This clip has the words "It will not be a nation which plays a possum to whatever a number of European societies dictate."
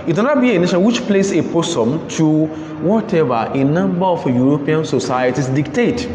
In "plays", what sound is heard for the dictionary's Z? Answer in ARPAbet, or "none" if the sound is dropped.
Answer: S